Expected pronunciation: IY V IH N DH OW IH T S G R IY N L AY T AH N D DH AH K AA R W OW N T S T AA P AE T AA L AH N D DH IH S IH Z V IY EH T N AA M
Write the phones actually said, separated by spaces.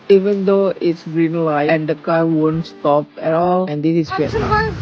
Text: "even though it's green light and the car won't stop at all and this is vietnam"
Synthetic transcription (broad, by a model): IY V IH N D OW IH T S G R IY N L AY AH N D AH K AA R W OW N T S T AA P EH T AA L AH N D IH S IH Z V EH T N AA